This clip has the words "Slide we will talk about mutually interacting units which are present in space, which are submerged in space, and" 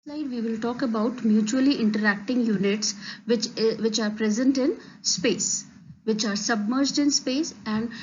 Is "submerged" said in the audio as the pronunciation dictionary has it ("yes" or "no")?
yes